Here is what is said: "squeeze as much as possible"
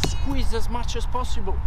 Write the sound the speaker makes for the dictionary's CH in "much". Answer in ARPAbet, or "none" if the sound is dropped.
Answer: CH